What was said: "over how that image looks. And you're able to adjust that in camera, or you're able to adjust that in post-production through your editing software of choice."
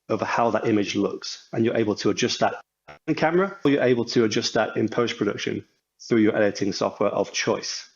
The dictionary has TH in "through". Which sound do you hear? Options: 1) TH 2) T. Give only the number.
1